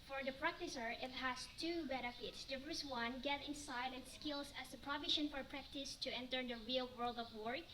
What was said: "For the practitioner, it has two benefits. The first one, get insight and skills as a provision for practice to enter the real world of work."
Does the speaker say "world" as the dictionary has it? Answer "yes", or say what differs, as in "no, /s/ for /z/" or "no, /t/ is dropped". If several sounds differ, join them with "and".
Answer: yes